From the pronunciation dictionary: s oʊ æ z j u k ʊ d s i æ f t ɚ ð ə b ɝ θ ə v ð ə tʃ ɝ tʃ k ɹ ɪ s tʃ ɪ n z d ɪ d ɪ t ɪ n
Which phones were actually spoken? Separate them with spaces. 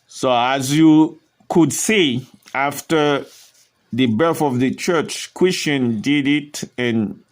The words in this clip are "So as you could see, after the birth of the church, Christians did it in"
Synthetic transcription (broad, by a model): s oʊ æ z j u k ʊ d s i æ f t ɚ ð ə b ɝ θ ə v ð ə tʃ ɝ tʃ k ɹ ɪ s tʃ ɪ n d ɪ d ɪ t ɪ n